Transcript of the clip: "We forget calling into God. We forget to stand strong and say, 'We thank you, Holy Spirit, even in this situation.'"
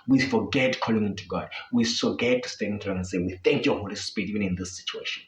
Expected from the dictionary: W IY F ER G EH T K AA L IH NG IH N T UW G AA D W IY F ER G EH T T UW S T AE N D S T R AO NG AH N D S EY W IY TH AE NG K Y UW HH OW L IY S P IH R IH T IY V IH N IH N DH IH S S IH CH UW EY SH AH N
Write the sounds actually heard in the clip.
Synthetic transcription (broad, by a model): W IY F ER G EH T K AA L IH NG IH N T UW G AA D W IY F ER G EH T T UW S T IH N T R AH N S EY W IY TH AE NG K Y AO HH OW L IY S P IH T IY V IH N IH N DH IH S S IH CH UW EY SH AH N